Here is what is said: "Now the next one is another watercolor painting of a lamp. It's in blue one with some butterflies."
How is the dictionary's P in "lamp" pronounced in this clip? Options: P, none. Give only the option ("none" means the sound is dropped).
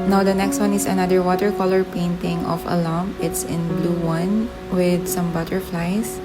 none